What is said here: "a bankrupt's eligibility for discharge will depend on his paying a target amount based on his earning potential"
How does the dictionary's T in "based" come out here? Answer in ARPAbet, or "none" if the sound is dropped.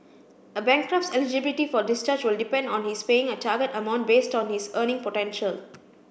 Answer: T